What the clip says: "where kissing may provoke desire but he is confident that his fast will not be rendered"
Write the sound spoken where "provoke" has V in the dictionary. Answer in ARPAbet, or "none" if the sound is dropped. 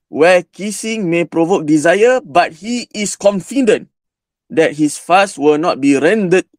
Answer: V